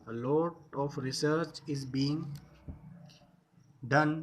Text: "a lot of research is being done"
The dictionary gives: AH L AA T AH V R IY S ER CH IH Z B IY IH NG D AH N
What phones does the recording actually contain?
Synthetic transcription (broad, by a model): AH L AA T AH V R IY S ER CH IH Z B IY IH NG D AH N